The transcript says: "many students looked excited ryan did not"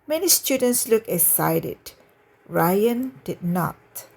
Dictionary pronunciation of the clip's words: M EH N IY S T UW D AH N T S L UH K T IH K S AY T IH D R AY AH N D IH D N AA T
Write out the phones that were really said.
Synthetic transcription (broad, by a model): M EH N IY S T UW D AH N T S L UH K IH S AY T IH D R AY AH N D IH D N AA T